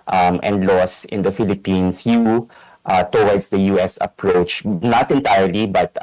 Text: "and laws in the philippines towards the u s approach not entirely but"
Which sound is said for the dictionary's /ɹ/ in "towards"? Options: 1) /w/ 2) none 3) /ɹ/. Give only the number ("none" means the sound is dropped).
1